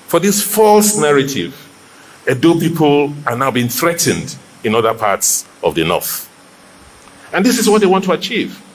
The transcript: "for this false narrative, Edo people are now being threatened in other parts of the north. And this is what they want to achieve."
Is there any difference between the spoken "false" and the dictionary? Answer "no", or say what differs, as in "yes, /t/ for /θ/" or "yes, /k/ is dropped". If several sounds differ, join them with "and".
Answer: no